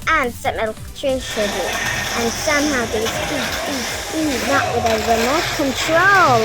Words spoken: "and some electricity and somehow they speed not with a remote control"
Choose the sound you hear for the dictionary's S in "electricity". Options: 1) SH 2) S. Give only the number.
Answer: 1